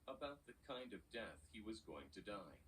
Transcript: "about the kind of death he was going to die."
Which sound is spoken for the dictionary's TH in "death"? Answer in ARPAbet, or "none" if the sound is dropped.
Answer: TH